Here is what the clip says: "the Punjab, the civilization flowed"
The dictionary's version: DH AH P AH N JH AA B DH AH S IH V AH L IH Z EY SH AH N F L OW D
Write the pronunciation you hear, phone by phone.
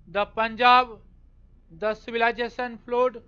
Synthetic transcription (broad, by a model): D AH P AH N JH AA B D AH S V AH L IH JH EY S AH N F L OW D